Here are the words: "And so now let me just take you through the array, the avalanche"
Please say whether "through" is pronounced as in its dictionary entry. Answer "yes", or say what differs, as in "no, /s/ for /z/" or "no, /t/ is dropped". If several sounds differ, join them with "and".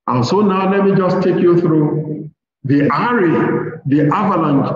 yes